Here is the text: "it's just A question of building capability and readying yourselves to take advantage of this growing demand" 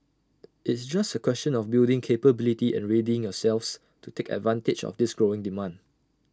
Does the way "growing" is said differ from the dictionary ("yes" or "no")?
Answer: no